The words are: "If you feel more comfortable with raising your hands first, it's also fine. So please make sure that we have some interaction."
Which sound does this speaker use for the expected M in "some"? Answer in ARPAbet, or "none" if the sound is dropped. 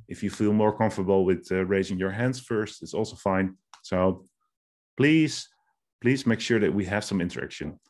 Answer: M